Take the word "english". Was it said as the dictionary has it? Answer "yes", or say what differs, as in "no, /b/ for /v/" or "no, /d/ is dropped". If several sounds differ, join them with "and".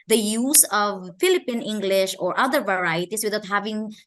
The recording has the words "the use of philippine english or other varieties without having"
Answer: yes